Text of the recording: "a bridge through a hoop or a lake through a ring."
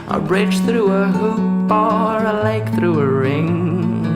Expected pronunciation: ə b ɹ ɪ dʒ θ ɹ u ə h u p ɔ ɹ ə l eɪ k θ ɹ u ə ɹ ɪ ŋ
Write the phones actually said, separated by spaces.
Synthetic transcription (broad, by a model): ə b ɹ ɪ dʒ θ ɹ u ə h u b ɔ ɹ ə l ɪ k θ ɹ u ə ɹ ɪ ŋ